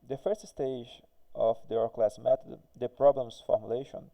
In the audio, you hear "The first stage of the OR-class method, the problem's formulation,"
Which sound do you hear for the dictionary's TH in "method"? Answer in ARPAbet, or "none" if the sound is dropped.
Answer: T